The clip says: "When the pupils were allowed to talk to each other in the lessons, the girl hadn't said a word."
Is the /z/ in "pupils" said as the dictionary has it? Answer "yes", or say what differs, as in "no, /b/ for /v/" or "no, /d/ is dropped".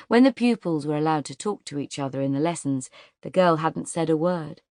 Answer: yes